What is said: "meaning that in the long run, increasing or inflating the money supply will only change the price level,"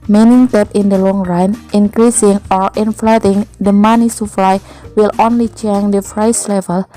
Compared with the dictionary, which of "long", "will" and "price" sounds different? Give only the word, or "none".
price